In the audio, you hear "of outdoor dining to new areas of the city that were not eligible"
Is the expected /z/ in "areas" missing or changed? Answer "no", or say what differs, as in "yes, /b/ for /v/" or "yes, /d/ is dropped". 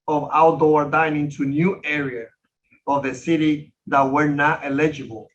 yes, /z/ is dropped